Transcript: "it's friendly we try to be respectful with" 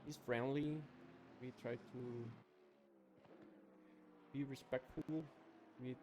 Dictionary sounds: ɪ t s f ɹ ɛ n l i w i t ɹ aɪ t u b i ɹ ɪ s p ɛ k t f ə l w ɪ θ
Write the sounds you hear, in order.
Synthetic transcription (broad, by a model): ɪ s f ɹ ɛ n l i w i t ɹ aɪ t u b i ɹ ɪ s p ɛ k t f ə l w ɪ